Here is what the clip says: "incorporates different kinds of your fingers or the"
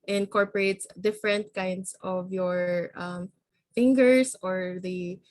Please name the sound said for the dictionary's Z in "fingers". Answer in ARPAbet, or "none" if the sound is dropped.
S